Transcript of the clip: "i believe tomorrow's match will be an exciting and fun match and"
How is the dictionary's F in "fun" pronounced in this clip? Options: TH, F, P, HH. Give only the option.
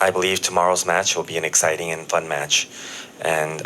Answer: F